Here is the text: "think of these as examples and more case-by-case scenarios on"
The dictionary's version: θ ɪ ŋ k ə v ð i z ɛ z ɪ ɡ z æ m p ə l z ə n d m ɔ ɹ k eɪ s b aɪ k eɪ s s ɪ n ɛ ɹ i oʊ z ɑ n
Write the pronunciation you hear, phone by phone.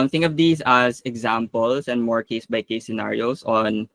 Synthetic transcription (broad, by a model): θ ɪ ŋ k ə v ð i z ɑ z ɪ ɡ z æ m p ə l s ə n d m ɔ ɹ k eɪ s b aɪ k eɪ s s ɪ n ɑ ɹ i oʊ s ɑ n